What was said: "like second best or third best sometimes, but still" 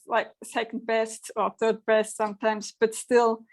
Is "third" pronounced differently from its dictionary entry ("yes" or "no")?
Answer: no